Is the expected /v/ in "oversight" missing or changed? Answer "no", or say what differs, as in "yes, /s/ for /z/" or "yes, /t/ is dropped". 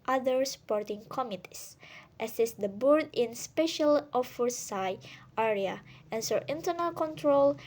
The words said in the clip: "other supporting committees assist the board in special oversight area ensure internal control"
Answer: yes, /f/ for /v/